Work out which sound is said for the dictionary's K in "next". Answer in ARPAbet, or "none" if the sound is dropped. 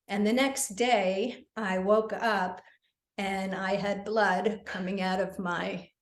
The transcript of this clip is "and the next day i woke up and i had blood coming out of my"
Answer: K